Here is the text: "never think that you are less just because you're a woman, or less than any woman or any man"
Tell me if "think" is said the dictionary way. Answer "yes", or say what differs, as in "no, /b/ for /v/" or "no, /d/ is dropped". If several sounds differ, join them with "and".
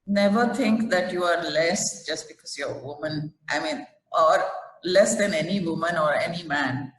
no, /t/ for /θ/